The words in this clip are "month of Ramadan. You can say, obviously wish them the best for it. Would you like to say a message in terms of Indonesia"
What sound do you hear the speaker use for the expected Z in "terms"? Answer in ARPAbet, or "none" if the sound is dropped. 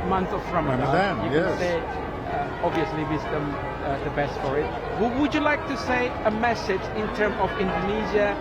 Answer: none